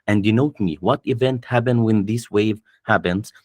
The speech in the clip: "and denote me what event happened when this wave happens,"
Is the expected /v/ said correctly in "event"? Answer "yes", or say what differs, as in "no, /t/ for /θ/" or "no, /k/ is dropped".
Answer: yes